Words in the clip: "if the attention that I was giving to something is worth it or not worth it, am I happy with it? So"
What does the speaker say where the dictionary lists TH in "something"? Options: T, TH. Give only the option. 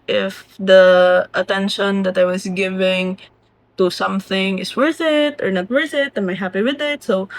TH